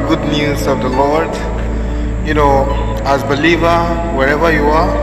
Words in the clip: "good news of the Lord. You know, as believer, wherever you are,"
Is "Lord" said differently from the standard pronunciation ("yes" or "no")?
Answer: no